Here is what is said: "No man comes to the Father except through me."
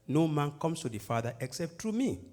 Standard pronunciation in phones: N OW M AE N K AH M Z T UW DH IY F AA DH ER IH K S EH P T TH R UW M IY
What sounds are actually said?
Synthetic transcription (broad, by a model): N OW M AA N K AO M S T UW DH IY F AA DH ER IH K S EH P T R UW M IY